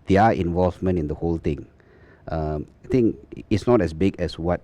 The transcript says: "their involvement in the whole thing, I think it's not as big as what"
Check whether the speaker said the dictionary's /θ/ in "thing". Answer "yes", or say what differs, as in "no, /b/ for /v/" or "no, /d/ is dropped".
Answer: no, /t/ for /θ/